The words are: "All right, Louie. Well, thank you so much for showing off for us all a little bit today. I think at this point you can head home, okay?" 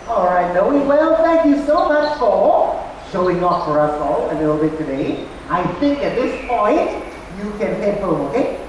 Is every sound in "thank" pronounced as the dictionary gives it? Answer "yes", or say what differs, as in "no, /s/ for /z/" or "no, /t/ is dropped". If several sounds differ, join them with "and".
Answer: no, /ŋ/ is dropped